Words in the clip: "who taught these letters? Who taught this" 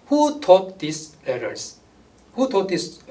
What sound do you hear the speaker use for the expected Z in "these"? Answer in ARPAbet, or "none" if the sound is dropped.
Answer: S